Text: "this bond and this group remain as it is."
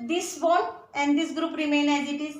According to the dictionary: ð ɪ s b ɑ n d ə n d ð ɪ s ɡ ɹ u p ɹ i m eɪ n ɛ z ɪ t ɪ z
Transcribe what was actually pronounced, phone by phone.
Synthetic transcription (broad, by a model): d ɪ s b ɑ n ə n d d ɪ s ɡ ɹ u p ɹ i m eɪ n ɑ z ɪ t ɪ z